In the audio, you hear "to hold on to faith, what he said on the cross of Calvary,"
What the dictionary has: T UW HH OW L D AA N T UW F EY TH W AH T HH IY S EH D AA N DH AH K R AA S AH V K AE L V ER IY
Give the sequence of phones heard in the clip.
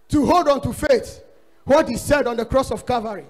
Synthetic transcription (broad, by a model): T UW HH OW L D AA N T UW F EY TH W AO T HH IY S EH D AA N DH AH K R AA S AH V K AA V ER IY